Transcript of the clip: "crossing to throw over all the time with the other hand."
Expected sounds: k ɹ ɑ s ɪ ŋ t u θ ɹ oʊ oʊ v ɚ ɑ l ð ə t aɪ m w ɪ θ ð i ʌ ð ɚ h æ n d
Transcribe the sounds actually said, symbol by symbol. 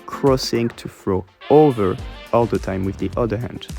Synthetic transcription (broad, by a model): k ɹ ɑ s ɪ ŋ t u f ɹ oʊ oʊ v ɚ ɑ l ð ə t aɪ m w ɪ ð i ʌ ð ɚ h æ n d